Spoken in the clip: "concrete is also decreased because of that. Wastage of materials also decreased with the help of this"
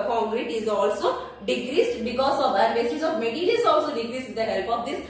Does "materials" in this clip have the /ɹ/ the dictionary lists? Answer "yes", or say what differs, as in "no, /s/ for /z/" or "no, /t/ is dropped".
no, /l/ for /ɹ/